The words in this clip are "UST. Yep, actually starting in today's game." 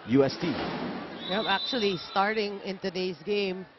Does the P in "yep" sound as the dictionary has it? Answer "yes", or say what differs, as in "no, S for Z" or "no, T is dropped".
no, P is dropped